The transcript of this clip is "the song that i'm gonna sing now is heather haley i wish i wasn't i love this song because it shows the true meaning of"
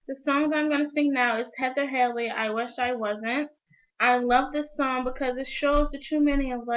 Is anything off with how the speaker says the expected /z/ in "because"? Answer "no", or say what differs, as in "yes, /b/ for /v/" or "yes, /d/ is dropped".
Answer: no